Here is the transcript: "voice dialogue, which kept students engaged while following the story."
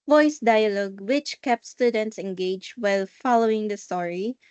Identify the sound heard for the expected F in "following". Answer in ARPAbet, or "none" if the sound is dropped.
F